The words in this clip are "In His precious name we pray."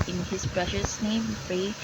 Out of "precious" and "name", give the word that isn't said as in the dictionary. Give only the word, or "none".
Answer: none